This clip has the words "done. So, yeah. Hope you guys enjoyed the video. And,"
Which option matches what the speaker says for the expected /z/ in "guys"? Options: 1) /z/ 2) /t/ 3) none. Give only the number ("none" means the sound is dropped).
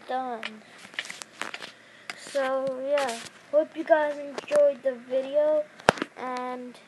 3